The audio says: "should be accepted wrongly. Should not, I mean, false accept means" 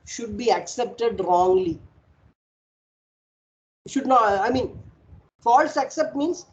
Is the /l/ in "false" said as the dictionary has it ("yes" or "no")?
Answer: yes